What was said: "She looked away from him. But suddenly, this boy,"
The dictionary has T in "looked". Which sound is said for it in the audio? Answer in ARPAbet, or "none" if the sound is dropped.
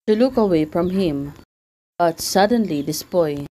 none